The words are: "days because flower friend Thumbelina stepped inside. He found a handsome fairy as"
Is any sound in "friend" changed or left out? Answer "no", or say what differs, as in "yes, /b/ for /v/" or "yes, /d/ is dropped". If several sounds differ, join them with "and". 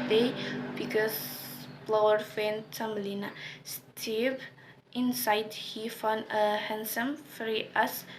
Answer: yes, /ɹ/ is dropped